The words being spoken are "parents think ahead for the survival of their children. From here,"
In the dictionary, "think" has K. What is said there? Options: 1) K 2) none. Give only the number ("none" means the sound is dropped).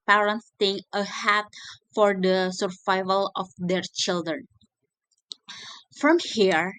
2